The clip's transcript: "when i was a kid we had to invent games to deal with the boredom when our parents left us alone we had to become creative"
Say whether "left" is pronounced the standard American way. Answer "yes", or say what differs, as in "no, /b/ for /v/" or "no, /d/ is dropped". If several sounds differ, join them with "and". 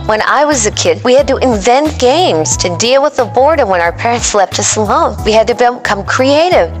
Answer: no, /p/ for /f/